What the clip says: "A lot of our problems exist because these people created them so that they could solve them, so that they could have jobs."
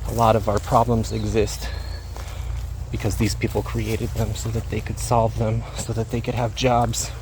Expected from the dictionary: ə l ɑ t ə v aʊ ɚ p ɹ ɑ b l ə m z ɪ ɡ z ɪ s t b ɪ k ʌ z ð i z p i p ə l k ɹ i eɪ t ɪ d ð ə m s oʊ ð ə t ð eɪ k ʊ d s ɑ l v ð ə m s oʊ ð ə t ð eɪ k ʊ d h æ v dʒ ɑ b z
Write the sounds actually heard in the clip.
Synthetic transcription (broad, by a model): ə l ɑ t ə v aʊ ɚ p ɹ ɑ b l ə m z ɪ ɡ z ɪ s t b ɪ k ʌ z ð i z p i p l k ɹ i eɪ t ɪ d ð ə m s oʊ ð ə t ð eɪ k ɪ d s ɑ l v ð ə m s oʊ ð ə t ð eɪ k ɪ d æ v dʒ ɑ b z